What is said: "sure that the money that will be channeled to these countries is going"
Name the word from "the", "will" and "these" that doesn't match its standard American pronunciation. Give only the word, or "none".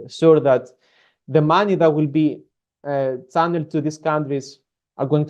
these